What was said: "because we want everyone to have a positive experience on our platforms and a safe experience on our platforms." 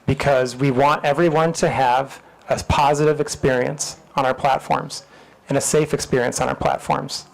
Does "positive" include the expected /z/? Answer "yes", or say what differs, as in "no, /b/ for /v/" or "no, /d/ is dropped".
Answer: yes